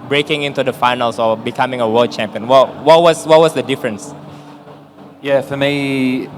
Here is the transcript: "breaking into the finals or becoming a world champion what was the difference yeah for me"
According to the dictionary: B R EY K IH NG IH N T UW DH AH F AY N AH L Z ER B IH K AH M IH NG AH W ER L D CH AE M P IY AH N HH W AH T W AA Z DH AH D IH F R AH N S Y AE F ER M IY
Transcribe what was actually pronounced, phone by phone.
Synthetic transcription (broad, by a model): B R EY K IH NG IH N T UW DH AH F AY N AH L S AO B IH K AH M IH NG AH W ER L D CH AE M P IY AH N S W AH T W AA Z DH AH D IH F R AH N S Y AE F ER M IY